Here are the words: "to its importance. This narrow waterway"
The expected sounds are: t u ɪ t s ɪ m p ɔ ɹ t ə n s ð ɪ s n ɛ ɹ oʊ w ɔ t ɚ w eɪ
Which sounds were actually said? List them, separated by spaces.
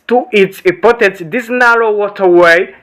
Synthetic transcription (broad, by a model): t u ɪ t s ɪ p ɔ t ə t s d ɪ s n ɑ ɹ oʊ w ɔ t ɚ w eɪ